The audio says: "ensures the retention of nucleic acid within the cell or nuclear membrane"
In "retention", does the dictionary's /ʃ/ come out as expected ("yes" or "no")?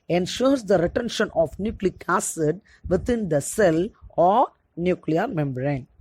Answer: yes